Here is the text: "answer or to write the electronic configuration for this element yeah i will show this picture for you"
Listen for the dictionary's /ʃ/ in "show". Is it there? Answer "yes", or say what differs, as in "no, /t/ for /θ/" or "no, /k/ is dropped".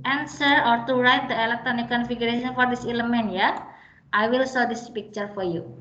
no, /s/ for /ʃ/